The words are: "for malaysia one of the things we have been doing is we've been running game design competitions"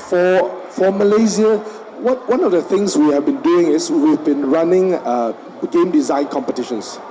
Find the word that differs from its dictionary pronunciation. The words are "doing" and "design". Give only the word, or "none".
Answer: none